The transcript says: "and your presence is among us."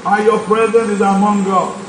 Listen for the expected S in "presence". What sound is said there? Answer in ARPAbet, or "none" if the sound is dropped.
none